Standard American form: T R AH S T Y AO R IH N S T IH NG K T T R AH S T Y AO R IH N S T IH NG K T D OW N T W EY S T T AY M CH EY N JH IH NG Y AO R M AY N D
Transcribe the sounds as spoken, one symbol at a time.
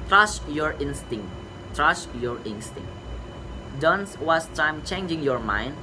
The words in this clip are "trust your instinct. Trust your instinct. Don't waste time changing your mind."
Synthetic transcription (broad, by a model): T R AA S Y AO R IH N S T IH NG T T R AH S Y AO R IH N S T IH NG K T D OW N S W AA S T T AY M CH EY N JH IH NG Y AO R M AY N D